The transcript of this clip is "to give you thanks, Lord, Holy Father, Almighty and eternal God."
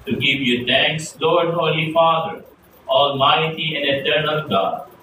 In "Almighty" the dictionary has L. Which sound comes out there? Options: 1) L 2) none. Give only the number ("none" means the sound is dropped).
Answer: 1